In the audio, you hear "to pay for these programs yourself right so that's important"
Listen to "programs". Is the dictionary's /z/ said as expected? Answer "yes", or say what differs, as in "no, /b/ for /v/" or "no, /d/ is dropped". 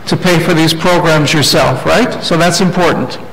yes